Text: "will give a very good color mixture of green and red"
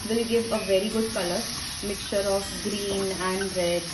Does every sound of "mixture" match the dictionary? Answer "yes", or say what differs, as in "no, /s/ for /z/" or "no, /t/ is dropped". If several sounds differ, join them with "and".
yes